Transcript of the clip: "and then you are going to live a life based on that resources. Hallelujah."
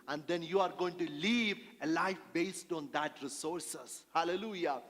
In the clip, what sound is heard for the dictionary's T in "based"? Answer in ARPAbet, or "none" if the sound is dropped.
T